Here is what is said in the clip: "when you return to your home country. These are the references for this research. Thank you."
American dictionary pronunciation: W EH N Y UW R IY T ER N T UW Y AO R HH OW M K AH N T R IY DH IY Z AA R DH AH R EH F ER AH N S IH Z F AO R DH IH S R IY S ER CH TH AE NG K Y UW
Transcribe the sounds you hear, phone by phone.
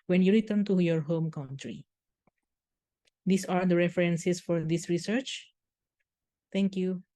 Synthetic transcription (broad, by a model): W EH N Y UW R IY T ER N T UW Y AO R HH OW M K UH N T R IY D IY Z AA R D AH R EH F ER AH N S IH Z F AO R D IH S R IY S ER CH T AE NG K Y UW